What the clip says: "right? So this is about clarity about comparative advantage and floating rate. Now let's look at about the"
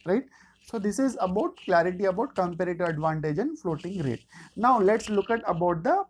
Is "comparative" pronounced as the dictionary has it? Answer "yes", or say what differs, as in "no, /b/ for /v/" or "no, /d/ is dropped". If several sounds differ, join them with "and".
no, /v/ is dropped